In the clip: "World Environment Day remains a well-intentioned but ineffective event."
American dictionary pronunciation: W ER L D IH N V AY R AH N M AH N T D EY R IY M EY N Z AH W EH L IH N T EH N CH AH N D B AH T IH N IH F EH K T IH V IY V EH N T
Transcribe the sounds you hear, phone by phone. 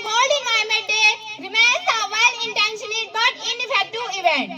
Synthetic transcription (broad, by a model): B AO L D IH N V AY AH M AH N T D EY R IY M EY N S AH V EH L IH N T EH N SH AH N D B AH T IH N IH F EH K T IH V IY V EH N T